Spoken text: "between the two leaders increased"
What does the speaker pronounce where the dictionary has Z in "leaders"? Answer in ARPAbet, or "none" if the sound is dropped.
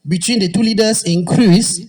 S